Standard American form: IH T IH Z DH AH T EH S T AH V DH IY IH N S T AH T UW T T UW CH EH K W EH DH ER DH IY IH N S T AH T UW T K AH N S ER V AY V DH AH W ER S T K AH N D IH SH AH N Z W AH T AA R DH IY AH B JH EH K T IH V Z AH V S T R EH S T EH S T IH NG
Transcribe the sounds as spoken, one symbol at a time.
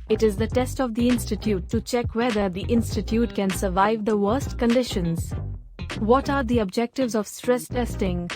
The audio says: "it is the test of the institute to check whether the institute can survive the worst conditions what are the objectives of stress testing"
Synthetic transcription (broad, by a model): IH T IH Z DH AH T EH S T AH V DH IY IH N S T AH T UW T T UW CH EH K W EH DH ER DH IY IH N S T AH T UW T K AH N S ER V AY V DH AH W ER S T K AH N D IH SH AH N Z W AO T AA R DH IY AH B JH EH K T IH V Z AH V S T R EH S T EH S T IH NG